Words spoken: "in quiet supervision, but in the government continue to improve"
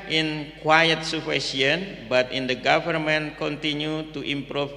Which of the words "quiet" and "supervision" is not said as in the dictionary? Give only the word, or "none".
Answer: supervision